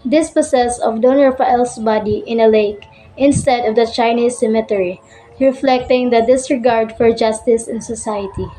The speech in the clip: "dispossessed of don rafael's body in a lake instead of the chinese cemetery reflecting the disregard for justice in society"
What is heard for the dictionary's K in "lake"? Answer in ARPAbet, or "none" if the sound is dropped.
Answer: K